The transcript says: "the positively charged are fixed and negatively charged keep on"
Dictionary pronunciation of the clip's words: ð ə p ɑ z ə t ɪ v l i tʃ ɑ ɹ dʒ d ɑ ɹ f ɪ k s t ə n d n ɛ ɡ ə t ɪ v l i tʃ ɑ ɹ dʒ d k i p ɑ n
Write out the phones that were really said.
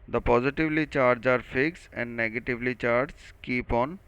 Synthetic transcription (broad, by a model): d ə p ɑ z ə t ɪ v l i tʃ ɑ ɹ dʒ ɑ ɹ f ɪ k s ə n d n ɛ ɡ ə t ɪ v l i tʃ ɑ ɹ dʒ k i p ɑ n